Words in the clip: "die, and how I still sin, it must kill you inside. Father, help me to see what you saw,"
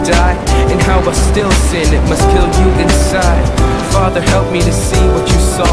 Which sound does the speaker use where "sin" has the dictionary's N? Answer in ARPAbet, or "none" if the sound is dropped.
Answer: N